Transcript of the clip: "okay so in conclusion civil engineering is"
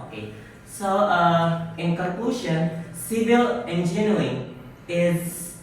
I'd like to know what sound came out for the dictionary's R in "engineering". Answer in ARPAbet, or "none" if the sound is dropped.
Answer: none